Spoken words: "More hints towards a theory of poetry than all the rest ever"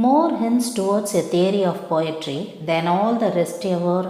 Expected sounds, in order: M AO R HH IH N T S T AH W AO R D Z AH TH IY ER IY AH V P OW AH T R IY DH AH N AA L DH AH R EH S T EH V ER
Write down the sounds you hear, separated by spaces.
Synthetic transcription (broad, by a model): M AO R HH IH N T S T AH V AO R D S AH T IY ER IY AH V P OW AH T R IY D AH N AA L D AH R EH S T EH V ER